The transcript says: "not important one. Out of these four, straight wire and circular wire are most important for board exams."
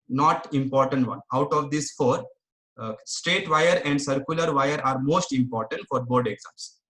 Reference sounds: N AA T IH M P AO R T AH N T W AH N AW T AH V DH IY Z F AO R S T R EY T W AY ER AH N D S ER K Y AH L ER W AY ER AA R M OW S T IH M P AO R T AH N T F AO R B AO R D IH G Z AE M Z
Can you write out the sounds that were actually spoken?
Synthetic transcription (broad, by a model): N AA T IH M P AO R T AH N T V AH N AW T AH V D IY S F AO R S T R EY T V AY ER AH N D S ER K Y AH L ER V AY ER AA R M OW S T IH M P AO R T AH N T F AO R B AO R D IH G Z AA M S